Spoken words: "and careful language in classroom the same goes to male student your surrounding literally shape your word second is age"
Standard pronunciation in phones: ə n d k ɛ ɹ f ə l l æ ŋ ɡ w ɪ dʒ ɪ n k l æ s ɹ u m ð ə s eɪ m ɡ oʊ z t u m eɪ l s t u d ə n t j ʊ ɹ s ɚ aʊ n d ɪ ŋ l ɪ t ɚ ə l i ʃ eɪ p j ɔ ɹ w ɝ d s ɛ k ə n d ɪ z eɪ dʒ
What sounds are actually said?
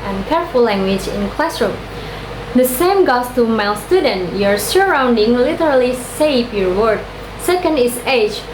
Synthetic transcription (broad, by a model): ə n k ɛ ɹ f ə l l æ ŋ ɡ w ɪ dʒ ɪ n k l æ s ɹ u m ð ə s eɪ m ɡ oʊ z t u m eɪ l s t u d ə n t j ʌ ɹ s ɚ aʊ n d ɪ ŋ l ɪ t ɚ ə l i s eɪ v j ɔ ɹ w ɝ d s ɛ k ə n d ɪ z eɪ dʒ